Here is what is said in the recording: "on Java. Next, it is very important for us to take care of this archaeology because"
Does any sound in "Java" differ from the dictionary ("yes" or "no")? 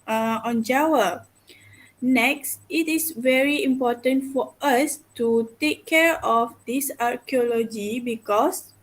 yes